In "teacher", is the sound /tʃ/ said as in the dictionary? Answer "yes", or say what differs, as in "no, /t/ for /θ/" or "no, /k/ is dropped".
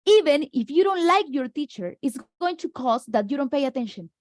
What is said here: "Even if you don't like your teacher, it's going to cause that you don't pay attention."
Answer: yes